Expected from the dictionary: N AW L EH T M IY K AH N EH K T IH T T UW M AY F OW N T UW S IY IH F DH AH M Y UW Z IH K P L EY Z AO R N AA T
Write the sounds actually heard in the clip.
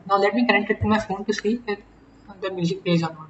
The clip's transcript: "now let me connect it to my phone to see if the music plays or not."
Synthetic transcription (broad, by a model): N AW L EH T M IY K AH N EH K T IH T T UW M AY F OW N T UW S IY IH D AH M Y UW Z IH K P EY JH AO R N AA